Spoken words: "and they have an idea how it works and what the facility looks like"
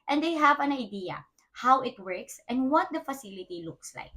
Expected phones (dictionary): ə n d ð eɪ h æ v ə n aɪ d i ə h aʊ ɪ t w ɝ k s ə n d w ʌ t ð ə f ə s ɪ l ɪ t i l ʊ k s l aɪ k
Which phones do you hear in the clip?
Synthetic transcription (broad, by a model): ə n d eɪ h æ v ə n aɪ d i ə h aʊ ɪ t w ɝ k s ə n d w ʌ t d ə f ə s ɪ l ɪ t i l ʊ k s l aɪ k